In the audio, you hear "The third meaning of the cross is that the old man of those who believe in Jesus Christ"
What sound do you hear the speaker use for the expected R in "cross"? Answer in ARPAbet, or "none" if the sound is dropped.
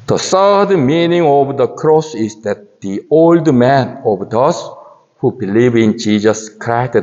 R